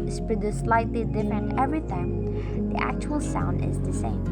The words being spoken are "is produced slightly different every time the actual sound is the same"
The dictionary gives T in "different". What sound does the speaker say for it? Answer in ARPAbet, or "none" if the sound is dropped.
none